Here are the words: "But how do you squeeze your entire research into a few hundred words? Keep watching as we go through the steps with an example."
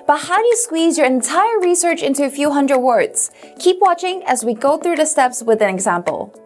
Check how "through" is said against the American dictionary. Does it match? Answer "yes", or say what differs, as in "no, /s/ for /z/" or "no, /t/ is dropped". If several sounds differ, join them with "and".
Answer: yes